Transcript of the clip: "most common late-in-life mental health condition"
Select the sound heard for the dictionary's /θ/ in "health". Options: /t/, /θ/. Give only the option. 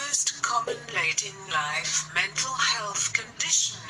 /θ/